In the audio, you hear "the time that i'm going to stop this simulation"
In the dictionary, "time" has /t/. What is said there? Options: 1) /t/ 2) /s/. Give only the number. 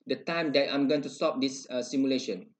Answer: 1